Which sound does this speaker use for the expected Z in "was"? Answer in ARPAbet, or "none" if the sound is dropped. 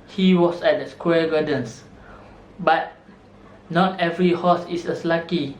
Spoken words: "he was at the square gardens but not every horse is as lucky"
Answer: S